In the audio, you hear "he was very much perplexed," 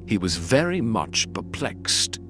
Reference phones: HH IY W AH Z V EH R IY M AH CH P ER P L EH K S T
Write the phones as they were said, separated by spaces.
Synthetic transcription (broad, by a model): HH IY W AH Z V EH R IY M AH CH P ER P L EH K S T